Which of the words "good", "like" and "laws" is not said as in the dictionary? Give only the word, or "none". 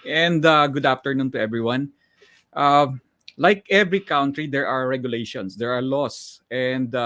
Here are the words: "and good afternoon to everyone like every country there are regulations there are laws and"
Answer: laws